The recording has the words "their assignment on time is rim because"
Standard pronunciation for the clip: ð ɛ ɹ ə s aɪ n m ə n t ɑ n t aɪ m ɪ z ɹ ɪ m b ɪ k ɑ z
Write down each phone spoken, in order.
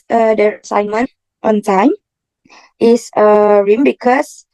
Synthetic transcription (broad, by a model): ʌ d ə s aɪ n m ə n t ɑ n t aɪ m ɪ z ɹ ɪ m b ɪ k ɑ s